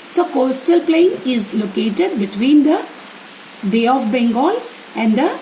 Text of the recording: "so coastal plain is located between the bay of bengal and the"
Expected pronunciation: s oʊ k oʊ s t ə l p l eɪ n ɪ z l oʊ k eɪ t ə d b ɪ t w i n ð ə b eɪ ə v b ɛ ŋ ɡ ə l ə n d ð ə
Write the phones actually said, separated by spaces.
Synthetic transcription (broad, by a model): s oʊ k oʊ s t ə l p l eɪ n ɪ z l oʊ k eɪ t ə d b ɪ t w i n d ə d eɪ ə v b ɛ ŋ ɡ ə l ə n d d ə